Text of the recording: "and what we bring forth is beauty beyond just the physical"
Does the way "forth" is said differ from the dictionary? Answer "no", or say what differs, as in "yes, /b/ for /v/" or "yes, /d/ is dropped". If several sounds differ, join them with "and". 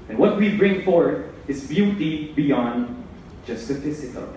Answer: yes, /t/ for /θ/